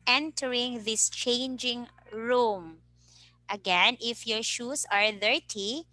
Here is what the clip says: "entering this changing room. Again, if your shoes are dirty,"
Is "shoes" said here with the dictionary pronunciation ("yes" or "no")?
no